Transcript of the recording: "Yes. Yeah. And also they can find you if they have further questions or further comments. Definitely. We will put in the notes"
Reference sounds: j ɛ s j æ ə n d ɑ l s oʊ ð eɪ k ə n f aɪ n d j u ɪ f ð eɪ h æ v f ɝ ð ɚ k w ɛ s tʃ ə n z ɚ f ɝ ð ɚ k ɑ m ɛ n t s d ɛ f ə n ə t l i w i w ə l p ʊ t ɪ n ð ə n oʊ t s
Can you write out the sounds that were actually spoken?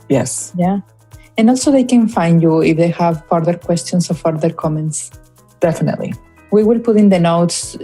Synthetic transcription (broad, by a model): j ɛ s j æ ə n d ɑ l s oʊ ð eɪ k ə n f aɪ n d j u ɪ f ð eɪ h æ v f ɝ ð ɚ k w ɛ s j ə n s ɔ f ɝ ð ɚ k ɑ m ɛ n t s d ɛ f ə n ə t l i w i w ə l p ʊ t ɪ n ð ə n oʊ t s